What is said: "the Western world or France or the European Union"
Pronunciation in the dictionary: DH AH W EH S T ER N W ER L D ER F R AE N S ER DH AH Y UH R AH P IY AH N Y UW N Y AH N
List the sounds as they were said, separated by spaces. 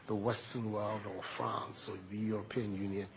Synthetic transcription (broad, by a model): DH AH W EH S T ER N W ER L D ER F R AE N S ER DH AH Y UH R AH P IY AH N Y UW N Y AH N